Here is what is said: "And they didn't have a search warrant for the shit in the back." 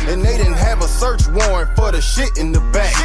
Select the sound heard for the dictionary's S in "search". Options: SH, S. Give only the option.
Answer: S